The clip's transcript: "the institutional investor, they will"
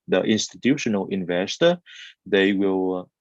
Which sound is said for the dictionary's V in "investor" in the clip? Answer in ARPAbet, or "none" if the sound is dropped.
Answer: V